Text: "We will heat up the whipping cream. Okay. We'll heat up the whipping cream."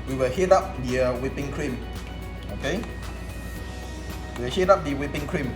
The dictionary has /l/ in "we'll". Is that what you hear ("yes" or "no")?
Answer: no